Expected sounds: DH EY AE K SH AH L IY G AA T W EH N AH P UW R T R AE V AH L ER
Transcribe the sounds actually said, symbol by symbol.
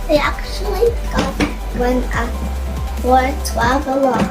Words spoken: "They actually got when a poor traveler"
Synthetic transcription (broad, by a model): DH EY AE K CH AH L IY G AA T W EH N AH F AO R T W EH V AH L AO